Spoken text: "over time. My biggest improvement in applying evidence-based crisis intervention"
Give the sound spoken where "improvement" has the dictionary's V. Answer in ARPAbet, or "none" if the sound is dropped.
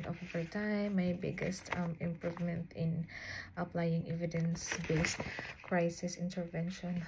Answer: V